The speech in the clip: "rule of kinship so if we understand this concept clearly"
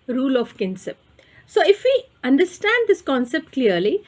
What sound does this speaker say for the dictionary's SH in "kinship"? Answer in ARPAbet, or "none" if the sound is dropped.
S